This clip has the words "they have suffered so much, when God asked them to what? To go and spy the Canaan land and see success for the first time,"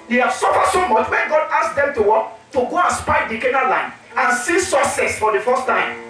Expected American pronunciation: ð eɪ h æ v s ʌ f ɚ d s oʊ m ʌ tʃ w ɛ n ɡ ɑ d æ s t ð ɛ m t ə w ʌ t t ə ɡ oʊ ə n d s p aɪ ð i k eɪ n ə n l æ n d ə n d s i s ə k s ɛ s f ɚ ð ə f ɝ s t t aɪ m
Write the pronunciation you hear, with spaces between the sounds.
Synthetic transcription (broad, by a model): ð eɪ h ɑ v s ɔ f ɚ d s oʊ m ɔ tʃ w ɛ n ɡ ɑ d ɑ s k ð ɛ m t ə w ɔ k t ə ɡ oʊ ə n s p aɪ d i k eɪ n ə l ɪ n ə n s i s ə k s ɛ s f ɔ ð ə f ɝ s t t aɪ m